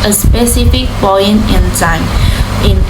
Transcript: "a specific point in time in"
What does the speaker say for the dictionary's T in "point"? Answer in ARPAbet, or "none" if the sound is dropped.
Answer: none